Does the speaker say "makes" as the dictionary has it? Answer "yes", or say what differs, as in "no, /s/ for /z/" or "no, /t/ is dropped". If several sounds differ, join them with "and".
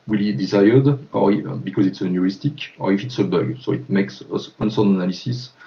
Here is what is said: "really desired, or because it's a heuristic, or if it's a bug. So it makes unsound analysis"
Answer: yes